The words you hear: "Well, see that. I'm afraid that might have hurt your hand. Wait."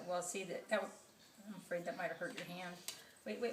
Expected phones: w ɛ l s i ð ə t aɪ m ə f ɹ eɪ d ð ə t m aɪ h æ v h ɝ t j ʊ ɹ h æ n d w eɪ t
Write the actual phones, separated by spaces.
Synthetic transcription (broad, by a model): w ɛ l s i ð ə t aɪ m ə f ɹ eɪ d ð ə t m aɪ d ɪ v h ɝ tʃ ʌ ɹ h æ n d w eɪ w